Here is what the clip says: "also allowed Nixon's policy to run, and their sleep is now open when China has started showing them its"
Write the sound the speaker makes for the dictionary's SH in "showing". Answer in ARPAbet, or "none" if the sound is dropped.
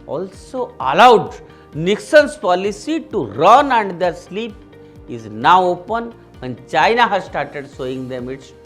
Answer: S